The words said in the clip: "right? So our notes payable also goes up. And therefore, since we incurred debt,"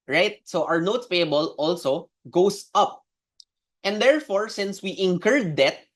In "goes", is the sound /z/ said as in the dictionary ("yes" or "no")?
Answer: no